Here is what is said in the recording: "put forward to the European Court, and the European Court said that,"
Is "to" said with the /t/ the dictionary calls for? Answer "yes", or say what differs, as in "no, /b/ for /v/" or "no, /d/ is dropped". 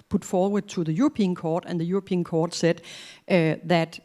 no, /s/ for /t/